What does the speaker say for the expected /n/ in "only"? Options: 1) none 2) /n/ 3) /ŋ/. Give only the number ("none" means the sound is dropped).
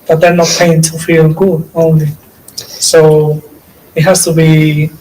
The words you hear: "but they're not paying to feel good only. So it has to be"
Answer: 2